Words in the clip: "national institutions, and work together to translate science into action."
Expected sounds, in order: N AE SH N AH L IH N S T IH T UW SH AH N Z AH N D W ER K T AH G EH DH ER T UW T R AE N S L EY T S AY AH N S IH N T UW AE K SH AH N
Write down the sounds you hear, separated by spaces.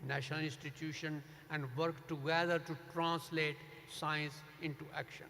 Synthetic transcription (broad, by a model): N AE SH N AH L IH N S T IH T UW SH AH N AH N D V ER K T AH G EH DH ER T UW T R AE N S L EY T S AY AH N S IH N T UW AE K SH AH N